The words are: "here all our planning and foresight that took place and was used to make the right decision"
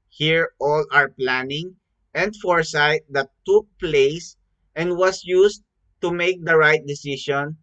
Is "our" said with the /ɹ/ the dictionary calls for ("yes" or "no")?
yes